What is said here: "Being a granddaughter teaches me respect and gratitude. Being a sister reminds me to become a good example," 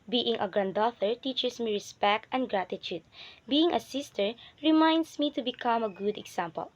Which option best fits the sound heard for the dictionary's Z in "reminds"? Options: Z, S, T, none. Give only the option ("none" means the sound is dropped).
S